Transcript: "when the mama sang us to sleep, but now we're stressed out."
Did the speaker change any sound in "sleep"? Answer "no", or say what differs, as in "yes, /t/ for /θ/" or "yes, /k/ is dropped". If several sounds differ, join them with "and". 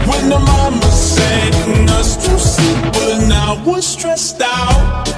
yes, /l/ is dropped